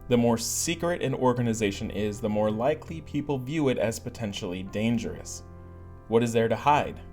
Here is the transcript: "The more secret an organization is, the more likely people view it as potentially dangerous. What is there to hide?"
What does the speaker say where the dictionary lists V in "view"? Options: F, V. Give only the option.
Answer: V